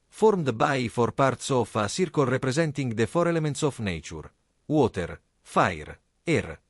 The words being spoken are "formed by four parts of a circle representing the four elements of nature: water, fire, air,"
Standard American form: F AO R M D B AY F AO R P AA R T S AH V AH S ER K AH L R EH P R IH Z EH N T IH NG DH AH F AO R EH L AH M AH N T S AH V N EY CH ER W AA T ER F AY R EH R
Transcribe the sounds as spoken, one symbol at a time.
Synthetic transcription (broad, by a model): F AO R M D B AY F AO R P AA R T S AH F AH S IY K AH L R EH P R IH Z EH N T IH NG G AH F AO R EH L AH M AH N T S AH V N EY CH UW W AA T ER F AY R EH R